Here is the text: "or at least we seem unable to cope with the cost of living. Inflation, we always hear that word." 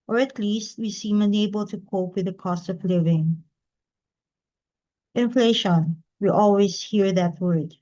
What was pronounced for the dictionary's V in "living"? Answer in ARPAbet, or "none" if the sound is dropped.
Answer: V